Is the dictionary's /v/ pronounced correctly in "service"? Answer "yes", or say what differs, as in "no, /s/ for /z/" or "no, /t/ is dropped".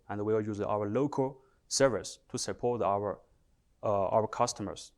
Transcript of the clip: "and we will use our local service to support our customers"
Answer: yes